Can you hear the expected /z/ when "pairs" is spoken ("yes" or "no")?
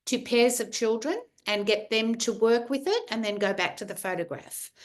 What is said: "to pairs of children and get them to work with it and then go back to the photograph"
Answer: yes